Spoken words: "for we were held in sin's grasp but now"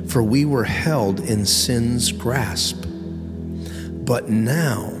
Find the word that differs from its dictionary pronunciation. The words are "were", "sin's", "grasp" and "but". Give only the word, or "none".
none